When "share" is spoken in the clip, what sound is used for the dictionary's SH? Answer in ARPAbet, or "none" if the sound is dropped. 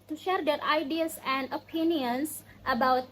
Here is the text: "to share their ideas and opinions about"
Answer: SH